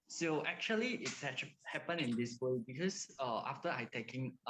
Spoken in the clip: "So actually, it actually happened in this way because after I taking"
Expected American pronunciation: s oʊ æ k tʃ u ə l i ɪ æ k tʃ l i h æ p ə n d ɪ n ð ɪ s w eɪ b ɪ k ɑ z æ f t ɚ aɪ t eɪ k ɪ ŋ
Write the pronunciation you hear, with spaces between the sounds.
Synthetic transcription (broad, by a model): s oʊ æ k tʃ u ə l i ɪ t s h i h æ p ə n ɪ n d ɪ s w eɪ b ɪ k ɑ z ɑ f t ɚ aɪ t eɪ k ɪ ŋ